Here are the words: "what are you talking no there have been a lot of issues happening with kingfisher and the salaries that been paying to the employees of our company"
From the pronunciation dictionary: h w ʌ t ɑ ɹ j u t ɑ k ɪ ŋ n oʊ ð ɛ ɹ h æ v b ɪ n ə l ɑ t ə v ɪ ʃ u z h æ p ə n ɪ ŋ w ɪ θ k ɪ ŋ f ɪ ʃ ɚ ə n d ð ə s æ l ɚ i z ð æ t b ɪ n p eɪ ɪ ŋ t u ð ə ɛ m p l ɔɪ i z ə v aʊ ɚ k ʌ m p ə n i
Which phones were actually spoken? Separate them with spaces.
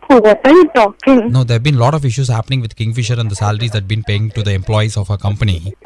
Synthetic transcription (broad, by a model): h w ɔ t ɑ ɹ j u t ɑ k ɪ ŋ n oʊ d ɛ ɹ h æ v b ɪ n l ɑ t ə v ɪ ʃ u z h æ p ə n ɪ ŋ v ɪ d k ɪ ŋ f ɪ ʃ ɚ ə n d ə s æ l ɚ i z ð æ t b ɪ n p eɪ ɪ ŋ t u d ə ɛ m p l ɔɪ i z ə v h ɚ k ʌ m p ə n i